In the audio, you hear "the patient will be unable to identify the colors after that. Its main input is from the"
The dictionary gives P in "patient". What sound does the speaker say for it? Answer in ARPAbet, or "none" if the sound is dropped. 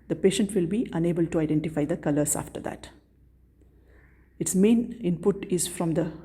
P